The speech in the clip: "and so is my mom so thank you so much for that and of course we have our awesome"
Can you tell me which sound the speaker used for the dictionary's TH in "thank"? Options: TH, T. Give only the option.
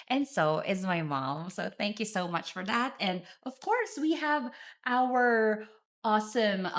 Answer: TH